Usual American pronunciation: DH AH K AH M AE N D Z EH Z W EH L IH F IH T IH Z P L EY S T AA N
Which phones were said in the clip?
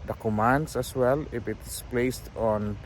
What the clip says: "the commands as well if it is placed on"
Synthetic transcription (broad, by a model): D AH K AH M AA N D S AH S W EH L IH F IH T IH S P L EY S T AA N